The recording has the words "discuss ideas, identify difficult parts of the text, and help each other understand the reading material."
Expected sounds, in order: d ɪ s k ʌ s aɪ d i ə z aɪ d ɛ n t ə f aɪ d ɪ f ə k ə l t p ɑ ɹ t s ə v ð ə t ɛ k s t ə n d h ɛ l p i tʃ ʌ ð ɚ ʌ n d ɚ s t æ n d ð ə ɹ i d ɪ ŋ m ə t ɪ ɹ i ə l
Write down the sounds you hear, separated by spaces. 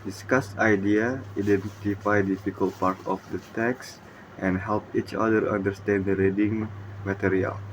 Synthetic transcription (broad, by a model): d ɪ s k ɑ s aɪ d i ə aɪ d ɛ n t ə f aɪ d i f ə k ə l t p ɑ ɹ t ə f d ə t ɛ k s t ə n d h ɛ l p i tʃ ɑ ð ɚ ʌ n d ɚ s t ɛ n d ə ɹ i d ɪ ŋ m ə t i ɹ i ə l